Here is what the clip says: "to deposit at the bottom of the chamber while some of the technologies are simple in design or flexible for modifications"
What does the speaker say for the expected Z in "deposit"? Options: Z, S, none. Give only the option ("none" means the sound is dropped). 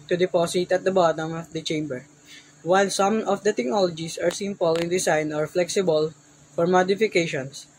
S